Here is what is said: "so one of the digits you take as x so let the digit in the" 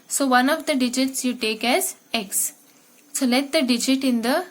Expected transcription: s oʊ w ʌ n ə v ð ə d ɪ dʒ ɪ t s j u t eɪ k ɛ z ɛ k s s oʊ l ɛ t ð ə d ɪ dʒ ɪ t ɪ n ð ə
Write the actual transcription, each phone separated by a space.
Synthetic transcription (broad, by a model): s oʊ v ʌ n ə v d ə d ɪ dʒ ɪ t s j u t eɪ k ɛ z ɛ k s s oʊ l ɛ t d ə d ɪ dʒ ɪ t ɪ n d ə